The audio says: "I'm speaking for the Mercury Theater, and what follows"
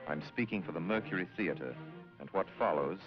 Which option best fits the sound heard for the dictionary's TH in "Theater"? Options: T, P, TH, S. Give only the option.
TH